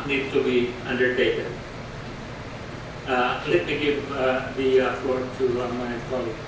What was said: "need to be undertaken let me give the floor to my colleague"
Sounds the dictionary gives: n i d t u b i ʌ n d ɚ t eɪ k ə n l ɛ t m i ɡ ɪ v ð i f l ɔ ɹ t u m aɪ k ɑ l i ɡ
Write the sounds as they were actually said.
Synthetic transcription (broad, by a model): n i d t u b i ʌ n d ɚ t eɪ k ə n l ɛ t m i ɡ ɪ v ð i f ɔ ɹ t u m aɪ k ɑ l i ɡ